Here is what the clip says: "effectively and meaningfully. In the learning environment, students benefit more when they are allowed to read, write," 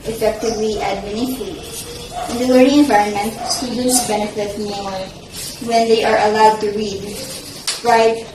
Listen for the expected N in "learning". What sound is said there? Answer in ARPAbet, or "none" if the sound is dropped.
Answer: none